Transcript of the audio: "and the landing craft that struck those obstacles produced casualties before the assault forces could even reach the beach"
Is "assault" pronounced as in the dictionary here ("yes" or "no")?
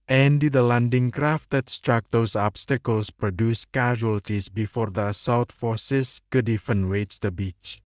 no